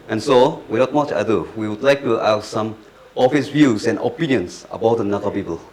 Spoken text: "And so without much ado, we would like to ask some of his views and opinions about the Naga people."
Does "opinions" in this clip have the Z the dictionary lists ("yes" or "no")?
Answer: no